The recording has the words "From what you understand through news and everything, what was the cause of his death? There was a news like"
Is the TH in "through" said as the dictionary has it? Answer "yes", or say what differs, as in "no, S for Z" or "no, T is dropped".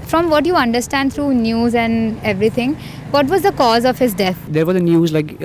no, T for TH